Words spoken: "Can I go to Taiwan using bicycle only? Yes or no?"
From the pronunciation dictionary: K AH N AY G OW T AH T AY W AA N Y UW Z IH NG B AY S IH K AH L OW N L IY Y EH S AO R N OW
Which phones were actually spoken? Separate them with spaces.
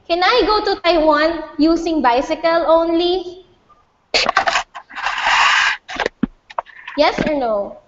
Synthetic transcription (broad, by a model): K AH N AY G OW T AH T AY W AA N Y UW S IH NG B AY S IH K AH L OW N L IY Y EH S AO R N OW